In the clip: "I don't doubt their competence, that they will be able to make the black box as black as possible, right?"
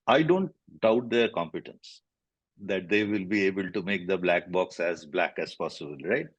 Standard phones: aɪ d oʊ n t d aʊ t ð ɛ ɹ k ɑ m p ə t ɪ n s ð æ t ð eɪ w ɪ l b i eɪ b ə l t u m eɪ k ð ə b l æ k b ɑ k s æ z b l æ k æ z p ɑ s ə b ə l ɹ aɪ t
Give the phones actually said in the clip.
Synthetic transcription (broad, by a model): aɪ d oʊ n t d aʊ t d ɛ ɹ k ɑ m p ə t ɪ n s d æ t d eɪ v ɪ l b i eɪ b ə l t u m eɪ k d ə b l æ k b ɑ k s æ z b l æ k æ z p ɑ s ə b ə l ɹ aɪ t